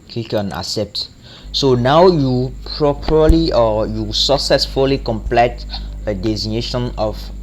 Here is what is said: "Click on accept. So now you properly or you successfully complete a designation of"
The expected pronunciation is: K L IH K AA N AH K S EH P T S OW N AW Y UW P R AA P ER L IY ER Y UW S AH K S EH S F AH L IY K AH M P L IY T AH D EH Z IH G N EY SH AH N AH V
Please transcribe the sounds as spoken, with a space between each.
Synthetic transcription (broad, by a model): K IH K AA N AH S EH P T S OW N AW Y UW P R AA P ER L IY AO Y UW S AH K S EH S F AH L IY K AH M P L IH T AH D EH Z IH G N EY SH AH N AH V